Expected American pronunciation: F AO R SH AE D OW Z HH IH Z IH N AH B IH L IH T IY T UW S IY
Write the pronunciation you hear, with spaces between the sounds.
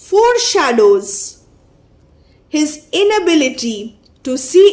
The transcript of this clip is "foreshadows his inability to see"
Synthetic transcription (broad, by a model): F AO R SH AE D OW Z HH IH Z IH N AH B IH L IH T IY T UW S IY